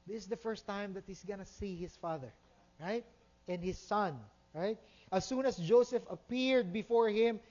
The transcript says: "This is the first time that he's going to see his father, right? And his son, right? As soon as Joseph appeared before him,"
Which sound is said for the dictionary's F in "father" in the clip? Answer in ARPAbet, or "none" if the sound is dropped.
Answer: F